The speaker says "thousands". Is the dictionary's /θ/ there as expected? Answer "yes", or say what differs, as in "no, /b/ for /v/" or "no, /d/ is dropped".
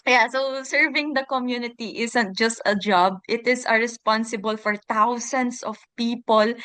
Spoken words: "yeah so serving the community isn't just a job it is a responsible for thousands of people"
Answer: no, /t/ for /θ/